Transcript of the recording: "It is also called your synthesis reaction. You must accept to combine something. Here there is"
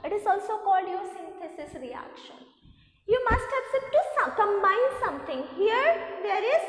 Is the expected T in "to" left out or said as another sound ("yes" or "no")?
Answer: yes